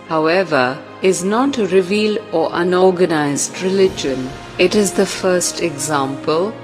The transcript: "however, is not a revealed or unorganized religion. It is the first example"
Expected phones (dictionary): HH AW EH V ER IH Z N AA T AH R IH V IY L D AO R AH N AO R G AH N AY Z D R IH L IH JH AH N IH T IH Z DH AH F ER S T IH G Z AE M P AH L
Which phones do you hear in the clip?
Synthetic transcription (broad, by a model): HH AW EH V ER IH Z N AA T AH R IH V IY L AO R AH N AO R G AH N AY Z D R IH L IH JH AH N IH T IH Z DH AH F ER S T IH G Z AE M P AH L